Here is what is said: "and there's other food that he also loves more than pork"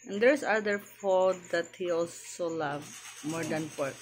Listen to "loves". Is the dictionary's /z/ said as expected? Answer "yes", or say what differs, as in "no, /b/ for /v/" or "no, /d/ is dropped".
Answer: no, /z/ is dropped